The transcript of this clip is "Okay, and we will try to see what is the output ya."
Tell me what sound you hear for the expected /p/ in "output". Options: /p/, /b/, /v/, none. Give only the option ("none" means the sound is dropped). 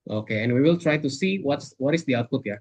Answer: /p/